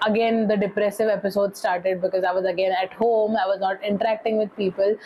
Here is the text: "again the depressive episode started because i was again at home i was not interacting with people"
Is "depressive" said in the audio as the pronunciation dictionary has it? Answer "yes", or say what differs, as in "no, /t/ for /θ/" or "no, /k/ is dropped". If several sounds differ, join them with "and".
yes